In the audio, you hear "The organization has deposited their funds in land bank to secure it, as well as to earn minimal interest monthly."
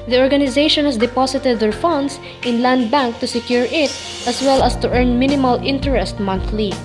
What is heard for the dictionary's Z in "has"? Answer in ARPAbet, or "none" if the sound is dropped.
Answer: S